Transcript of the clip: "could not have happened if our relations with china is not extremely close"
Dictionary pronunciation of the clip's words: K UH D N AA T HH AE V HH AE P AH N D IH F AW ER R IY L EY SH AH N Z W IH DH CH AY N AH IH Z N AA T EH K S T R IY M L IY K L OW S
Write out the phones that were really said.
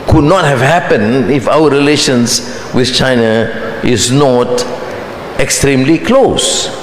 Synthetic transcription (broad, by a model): K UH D N AA T HH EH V HH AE P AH N IH F AW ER R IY L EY SH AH N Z W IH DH CH AY N AH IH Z N AA T EH K S T R IY M L IY K L OW S